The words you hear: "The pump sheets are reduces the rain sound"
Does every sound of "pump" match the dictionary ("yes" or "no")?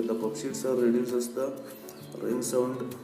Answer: no